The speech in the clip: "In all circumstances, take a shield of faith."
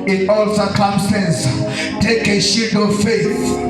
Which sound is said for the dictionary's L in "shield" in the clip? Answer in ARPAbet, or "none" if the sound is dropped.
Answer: none